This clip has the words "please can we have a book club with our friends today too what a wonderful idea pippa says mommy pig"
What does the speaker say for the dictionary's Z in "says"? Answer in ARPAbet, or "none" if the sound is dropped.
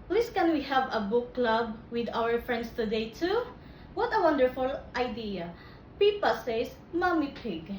S